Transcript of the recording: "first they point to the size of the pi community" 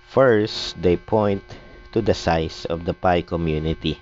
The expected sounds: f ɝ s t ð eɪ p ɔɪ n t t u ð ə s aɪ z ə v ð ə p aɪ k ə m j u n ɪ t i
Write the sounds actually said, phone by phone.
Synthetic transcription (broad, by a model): f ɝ s t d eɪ p ɔɪ n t t u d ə s aɪ s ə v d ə p aɪ k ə m j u n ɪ t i